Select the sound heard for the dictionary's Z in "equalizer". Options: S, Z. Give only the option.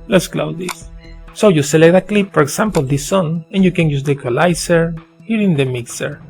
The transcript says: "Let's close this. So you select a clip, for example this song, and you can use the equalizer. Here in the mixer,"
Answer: S